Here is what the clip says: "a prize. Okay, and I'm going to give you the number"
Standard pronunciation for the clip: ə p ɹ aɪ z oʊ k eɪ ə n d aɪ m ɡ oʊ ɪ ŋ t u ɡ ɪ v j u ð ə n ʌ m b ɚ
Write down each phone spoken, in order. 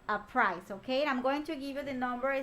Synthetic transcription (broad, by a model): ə p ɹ aɪ s oʊ k eɪ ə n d aɪ m ɡ oʊ ɪ ŋ t u ɡ ɪ v j u ð ə n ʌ m b ɚ